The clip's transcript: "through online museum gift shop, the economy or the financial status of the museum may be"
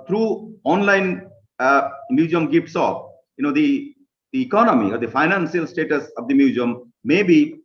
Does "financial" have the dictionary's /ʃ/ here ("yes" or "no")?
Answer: no